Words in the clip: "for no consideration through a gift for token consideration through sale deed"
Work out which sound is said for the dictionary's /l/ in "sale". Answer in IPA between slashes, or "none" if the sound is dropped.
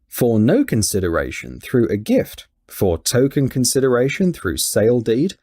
/l/